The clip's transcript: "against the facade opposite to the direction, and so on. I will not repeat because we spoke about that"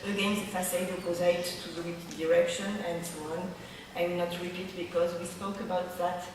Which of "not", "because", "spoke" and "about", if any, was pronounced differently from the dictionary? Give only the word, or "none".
none